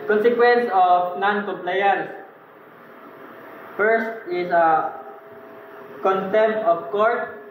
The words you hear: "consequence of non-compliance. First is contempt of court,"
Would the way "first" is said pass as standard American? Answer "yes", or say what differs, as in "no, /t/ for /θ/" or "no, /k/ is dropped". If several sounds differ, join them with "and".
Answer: yes